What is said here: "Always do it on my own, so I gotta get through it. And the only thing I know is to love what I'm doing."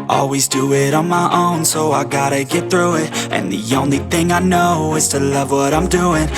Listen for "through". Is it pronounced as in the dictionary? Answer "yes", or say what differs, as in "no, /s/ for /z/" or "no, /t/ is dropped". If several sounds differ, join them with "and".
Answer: yes